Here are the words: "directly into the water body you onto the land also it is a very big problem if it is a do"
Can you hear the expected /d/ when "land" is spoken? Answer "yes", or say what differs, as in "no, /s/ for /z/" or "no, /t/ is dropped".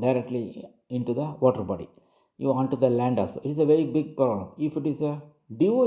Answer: yes